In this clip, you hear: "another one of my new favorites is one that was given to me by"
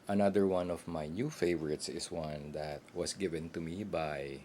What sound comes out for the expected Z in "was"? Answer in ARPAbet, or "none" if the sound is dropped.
S